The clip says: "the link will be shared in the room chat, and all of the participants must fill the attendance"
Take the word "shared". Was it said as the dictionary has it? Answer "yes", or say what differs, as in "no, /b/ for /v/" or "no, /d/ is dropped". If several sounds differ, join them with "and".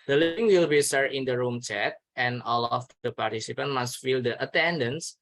no, /s/ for /ʃ/